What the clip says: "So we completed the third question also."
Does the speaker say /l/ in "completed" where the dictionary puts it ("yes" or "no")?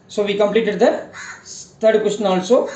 yes